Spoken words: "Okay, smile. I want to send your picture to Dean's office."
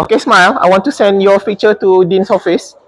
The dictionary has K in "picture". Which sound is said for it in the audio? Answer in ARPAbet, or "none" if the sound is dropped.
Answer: none